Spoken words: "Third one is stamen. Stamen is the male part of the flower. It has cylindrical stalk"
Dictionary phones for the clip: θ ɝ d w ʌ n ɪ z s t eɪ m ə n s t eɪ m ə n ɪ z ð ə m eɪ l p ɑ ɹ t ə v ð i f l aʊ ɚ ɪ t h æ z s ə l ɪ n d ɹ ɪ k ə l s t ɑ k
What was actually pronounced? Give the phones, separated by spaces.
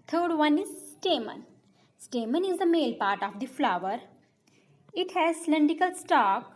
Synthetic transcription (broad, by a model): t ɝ d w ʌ n ɪ z s t eɪ m ə n s t eɪ m ə n ɪ z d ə m eɪ l p ɑ ɹ t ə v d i f l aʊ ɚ ɪ t h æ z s l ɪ n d ɪ k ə l s t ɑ k